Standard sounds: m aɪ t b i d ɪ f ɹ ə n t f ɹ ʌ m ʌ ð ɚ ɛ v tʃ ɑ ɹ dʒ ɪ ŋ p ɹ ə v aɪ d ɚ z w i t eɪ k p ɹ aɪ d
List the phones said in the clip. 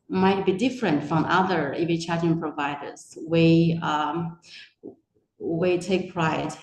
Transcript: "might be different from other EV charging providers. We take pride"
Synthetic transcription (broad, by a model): m aɪ t b i d ɪ f ɹ ə n t f ɹ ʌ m ʌ ð ɚ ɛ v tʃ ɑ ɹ ɪ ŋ p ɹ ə v aɪ d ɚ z w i t eɪ k p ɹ aɪ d